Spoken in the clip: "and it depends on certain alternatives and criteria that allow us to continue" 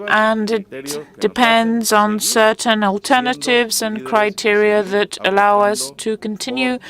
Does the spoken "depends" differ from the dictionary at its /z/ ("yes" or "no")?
no